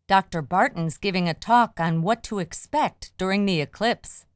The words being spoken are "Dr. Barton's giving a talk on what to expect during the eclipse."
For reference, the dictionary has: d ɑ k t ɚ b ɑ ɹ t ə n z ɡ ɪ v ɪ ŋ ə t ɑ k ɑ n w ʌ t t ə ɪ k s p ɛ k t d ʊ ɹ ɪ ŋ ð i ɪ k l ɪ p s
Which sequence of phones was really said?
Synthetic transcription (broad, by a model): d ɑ k t ɚ b ɑ ɹ t n z ɡ ɪ v ɪ ŋ ə t ɑ k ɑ n w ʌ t t ə ɪ k s p ɛ k t d ʊ ɹ ɪ ŋ ð i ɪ k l ɪ p s